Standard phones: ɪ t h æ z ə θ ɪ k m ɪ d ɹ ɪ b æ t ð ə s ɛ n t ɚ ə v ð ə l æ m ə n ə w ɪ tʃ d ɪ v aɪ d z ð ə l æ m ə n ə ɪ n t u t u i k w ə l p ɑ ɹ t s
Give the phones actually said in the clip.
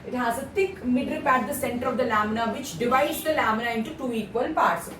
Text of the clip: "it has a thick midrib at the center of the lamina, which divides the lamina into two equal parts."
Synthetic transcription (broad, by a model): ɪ t h æ z ə t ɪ k m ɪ d ɪ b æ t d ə s ɛ n t ɚ ə v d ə l æ m ə n ə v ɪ tʃ d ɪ v aɪ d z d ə l æ m ə n ə ɪ n t u t u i k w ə l p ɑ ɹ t s